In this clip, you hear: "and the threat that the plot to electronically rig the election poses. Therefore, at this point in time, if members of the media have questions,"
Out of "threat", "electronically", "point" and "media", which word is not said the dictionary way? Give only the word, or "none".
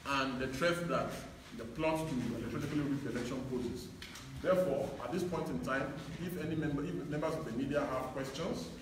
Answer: threat